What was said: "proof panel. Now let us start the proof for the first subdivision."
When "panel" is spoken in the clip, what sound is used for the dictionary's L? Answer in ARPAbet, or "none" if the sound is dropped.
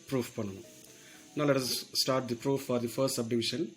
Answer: N